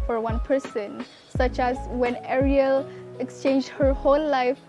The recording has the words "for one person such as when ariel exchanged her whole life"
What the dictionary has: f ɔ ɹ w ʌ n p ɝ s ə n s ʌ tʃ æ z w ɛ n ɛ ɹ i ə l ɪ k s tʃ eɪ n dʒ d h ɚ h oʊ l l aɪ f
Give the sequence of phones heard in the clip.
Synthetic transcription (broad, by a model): f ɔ ɹ w ʌ n p ɝ s ə n s ʌ tʃ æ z w ɛ n ɛ ɹ i ə l ɪ k s tʃ eɪ n dʒ d h ɚ h oʊ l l aɪ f